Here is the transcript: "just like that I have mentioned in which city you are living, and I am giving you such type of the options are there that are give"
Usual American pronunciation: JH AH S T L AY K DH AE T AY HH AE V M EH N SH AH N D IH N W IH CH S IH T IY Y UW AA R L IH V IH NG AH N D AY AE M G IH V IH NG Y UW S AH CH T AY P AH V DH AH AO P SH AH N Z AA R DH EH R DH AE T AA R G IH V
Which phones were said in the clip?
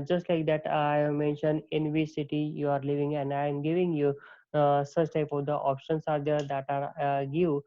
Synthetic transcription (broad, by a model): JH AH S T L AY K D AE T AY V M EH N SH AH N D IH N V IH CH S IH T IY Y UW AA R L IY V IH NG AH N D AY M G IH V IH NG Y UW S AH CH T AY P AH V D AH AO P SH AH N S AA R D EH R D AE T AA R G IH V